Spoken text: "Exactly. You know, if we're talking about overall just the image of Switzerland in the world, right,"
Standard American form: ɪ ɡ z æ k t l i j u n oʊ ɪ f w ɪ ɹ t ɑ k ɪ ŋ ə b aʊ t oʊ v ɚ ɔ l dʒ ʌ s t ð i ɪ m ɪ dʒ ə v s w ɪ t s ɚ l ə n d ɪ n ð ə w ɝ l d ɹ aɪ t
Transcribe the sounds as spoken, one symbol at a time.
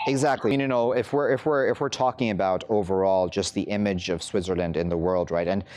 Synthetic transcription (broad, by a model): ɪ ɡ z æ k t l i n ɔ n oʊ ɪ f w ɪ ɹ t ɑ k ɪ ŋ ə b aʊ t oʊ v ɚ ɔ l dʒ ʌ s t ð i ɪ m ɪ dʒ ə v s w ɪ t s ɚ l ə n d ɪ n ð ə w ɝ l d ɹ aɪ t